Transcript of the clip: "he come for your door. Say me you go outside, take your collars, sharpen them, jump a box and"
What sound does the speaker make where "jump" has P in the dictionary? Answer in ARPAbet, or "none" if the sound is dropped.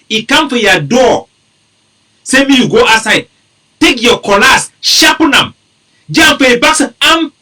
F